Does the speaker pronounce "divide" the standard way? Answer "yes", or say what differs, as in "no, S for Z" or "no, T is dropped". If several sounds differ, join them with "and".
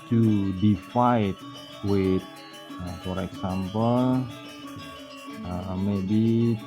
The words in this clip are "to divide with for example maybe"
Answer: no, F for V